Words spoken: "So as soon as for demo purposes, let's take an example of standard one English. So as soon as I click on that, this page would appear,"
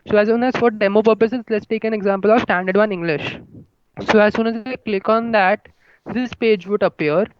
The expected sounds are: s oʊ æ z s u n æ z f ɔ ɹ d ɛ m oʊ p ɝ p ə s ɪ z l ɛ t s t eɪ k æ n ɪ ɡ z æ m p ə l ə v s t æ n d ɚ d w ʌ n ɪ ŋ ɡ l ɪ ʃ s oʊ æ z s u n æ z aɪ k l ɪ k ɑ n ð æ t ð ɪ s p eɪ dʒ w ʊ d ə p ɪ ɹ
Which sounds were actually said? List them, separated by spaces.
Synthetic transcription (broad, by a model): s oʊ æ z s u n æ z f ɔ ɹ d ɛ m oʊ p ɝ p ə s ɪ z l ɛ t s t eɪ k æ n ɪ ɡ z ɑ m p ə l ə v s t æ n d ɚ d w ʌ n ɪ ŋ ɡ l ɪ ʃ s oʊ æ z s u n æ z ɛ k l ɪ k ɑ n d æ t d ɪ s p eɪ dʒ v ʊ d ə p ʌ ɹ